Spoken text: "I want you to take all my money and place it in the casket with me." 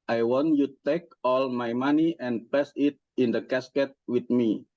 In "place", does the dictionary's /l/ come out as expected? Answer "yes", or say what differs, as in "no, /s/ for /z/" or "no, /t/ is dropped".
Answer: no, /l/ is dropped